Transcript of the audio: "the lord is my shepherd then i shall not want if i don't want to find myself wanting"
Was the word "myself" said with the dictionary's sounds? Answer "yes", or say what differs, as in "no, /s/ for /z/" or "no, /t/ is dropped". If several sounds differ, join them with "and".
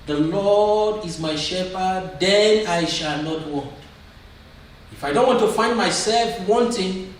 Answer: yes